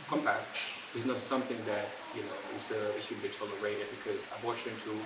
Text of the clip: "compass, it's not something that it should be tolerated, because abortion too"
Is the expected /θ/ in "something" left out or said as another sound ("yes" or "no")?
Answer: no